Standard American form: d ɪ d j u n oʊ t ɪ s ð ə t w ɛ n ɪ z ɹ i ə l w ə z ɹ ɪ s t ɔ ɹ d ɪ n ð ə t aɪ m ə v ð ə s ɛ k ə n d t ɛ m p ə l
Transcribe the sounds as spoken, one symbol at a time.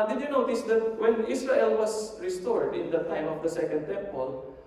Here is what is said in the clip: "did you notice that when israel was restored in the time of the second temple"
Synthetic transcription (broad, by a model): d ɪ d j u n oʊ t ɪ s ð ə t w ɛ n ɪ s ɹ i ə l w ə s ɹ ɪ s t ɔ ɹ d ɪ n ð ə t aɪ m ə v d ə s ɛ k ə n d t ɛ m p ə l